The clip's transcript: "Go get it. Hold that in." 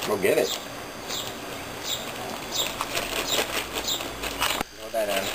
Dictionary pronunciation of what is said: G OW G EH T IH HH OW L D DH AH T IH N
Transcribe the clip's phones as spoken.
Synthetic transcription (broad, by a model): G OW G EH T IH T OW D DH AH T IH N